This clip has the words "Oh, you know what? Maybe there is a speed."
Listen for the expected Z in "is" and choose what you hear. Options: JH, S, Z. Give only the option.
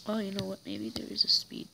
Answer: Z